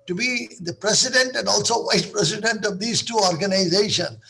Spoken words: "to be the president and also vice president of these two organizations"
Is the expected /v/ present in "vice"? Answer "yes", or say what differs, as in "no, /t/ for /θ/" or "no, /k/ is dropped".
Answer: yes